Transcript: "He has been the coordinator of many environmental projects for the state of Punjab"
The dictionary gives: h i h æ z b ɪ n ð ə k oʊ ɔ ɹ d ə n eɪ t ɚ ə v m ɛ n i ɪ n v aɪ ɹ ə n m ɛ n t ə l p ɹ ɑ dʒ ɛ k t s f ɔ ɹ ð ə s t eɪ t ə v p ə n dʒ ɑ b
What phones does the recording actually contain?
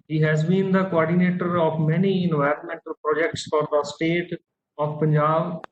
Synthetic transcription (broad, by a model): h i h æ z b ɪ n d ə k oʊ ɔ ɹ d ə n eɪ t ɚ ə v m ɛ n i ɪ n v aɪ ɹ ə n m ɛ n t ə l p ɹ ɑ dʒ ɛ k t s f ɔ ɹ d ə s t eɪ t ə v p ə n dʒ ɑ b